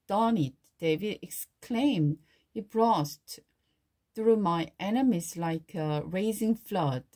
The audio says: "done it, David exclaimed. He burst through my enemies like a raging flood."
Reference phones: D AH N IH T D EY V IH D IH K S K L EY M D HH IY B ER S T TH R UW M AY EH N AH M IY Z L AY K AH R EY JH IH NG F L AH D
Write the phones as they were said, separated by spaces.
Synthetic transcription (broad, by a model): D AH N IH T D EY V IH D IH K S K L EY M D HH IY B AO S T TH R UW M AY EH N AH M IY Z L AY K AH R EY Z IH NG F L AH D